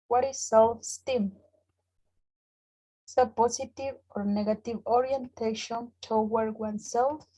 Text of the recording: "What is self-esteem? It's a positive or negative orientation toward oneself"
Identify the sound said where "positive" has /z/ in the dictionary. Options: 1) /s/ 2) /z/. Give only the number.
1